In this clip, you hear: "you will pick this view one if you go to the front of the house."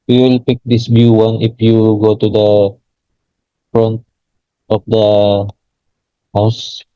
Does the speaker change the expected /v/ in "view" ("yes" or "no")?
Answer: yes